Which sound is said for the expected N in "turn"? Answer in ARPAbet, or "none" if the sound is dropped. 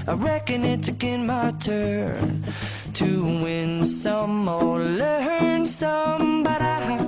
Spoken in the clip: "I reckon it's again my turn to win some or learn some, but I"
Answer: N